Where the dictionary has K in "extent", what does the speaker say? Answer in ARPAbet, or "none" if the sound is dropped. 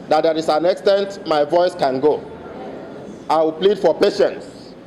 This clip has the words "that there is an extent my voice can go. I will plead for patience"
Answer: K